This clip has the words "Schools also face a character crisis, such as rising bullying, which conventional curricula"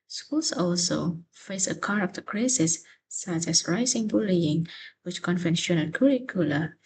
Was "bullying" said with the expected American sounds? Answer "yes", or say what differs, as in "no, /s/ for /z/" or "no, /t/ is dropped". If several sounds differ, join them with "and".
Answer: yes